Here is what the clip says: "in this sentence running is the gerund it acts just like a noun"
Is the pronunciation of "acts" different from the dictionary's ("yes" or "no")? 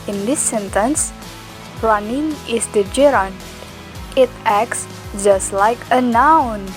no